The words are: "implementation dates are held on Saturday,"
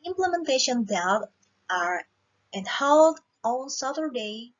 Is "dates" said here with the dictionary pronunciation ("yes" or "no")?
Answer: no